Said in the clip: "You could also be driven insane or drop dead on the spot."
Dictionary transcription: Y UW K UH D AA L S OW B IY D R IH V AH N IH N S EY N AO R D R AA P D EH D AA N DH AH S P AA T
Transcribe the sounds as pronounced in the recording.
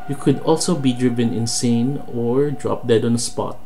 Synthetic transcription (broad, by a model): Y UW K UH D AA L S OW B IY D R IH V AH N IH N S EY N AO R D R AA P D EH D AA N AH S P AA T